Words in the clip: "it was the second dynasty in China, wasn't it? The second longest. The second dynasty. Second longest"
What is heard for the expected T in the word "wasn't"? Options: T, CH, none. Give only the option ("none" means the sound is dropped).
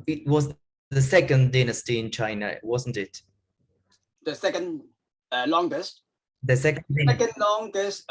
T